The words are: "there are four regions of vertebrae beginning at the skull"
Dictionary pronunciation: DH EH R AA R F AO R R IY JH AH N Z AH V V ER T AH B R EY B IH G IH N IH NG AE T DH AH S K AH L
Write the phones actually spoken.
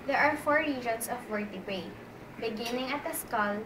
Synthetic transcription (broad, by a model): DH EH R AA R F AO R R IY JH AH N S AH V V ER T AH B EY B IH G IH N IH NG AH T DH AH S K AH L